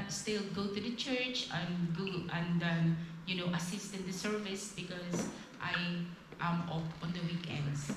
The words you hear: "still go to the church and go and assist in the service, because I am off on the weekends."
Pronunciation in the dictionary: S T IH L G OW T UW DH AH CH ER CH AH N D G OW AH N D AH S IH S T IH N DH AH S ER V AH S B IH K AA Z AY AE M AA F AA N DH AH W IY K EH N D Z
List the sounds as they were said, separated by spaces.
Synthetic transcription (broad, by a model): S T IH L G OW T UW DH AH CH ER CH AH N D G OW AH N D AH S IH S T IH N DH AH S ER V AH S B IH K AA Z AY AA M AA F AA N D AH W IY K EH N D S